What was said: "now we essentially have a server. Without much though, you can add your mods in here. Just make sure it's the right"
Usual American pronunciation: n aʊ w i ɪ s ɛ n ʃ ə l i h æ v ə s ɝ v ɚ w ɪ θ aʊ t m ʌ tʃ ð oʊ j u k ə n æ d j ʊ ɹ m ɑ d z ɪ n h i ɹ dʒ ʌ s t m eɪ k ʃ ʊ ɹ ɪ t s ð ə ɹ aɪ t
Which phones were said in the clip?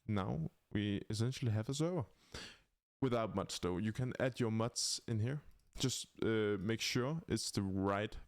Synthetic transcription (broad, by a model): n aʊ w i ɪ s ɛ n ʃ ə l i h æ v ə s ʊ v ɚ w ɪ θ aʊ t m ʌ s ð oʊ j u k ə n æ d j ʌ ɹ m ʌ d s ɪ n h i ɹ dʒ ʌ s t m eɪ k ʃ ʊ ɹ ɪ t s ð ə ɹ aɪ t